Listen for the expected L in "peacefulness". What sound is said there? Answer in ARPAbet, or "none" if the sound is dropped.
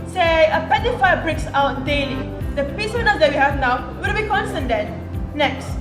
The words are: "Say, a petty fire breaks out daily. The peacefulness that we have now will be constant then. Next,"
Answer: none